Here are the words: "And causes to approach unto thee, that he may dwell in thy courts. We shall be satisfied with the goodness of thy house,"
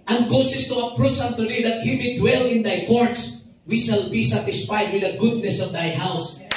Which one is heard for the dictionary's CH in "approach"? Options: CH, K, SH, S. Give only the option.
S